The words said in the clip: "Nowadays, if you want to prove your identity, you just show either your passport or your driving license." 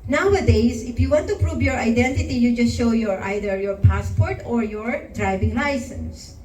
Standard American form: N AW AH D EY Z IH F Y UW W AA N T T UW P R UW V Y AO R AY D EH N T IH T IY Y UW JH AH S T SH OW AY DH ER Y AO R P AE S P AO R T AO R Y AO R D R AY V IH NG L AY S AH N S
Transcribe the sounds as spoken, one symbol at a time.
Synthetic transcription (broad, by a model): N AW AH D EY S IH F Y UW W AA N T T UW P R UW V Y AO R AY D EH N T IH T IY Y UW JH AH S T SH OW AY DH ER Y AO R P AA S P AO R T AO R Y AO R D R AY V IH NG L AY S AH N S